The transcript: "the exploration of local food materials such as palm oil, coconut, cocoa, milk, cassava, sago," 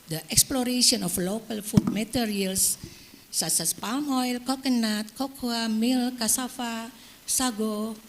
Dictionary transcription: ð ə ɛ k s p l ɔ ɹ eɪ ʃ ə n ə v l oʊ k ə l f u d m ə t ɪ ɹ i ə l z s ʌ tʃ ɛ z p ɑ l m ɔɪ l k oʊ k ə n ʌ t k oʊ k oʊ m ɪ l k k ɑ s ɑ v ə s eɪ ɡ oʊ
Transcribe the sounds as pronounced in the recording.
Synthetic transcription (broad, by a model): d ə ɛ k s p l ɔ ɹ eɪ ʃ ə n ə f l oʊ k ə l f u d m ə t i ɹ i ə l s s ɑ s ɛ s p ɑ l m ɔɪ l k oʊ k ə n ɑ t k oʊ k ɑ m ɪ l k k ɑ s ɑ f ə s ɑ ɡ oʊ